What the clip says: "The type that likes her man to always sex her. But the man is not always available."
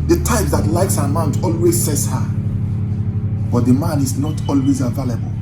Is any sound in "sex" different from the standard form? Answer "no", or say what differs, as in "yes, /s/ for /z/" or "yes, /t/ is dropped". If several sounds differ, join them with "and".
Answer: yes, /k/ is dropped